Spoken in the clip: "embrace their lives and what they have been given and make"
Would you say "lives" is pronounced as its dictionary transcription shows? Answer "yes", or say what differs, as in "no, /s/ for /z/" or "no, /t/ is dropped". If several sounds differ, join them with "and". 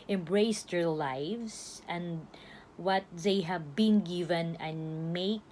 no, /s/ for /z/